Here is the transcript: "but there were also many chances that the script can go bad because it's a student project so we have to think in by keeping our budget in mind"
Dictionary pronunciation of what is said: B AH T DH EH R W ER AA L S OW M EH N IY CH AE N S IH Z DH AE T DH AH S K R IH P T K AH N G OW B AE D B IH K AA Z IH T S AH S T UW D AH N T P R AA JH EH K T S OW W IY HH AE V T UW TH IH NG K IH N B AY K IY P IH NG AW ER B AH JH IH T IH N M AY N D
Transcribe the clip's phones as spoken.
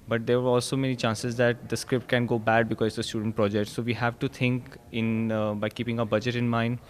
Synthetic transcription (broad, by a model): B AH T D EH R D AA L S OW M EH N IY CH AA N S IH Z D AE T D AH S K R IH P T K AH N G OW B AE D B IH K AA Z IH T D AH S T UW D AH N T P R AA JH EH K T S OW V IY HH AE V T UW T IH NG K IH N B AY K IY P IH NG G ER B AH JH IH T IH N M AY N D